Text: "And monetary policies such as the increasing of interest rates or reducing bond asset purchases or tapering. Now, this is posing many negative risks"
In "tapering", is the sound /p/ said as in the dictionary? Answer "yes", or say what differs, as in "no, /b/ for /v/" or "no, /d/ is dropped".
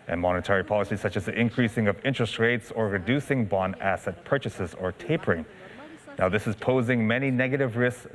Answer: yes